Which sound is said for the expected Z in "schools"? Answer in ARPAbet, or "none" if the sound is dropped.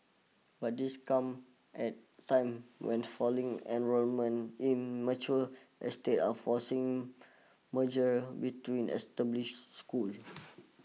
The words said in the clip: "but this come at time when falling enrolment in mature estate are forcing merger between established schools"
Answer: none